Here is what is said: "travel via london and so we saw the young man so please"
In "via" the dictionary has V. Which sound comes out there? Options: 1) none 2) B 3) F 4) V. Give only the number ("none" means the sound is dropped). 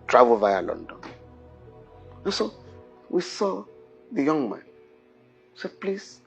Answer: 4